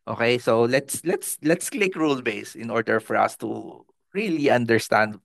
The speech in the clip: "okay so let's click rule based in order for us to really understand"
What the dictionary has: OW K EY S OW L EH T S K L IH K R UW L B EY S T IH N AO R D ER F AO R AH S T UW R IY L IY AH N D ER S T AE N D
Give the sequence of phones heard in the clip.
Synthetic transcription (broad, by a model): OW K EY S OW L EH T S K L IH K R UW L B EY S IH N AO R D ER F AO R AH S T UW R IY L IY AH N D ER S T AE N D